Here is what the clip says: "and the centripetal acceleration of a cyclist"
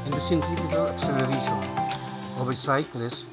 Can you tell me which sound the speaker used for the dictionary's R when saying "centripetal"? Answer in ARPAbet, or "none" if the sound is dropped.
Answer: none